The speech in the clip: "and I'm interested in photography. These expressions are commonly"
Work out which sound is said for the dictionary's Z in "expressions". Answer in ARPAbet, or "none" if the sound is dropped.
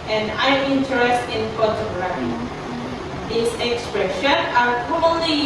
none